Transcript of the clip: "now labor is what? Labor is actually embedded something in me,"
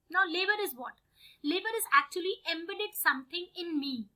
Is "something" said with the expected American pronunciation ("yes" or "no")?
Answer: no